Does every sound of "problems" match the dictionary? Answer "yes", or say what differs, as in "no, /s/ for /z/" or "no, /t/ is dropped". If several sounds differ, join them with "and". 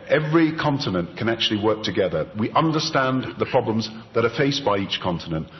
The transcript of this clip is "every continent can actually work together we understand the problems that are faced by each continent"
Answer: yes